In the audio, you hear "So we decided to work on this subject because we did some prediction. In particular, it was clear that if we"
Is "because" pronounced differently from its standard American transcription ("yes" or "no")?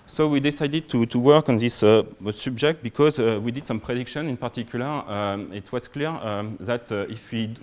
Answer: no